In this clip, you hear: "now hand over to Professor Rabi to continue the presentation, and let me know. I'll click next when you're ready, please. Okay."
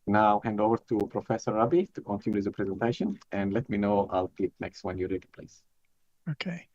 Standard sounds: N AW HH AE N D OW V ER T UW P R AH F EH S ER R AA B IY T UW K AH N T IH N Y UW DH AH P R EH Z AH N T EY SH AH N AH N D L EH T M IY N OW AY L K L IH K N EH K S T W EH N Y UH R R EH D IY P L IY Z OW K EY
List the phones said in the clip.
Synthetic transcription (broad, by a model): N AW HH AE N D OW V ER T UW P R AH F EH S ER R AA B IY T UW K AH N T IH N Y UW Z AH P R EH Z AH N T EY SH AH N AH N D L EH T M IY N OW AY L K L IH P N EH K S T W EH N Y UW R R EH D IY P L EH S OW K EY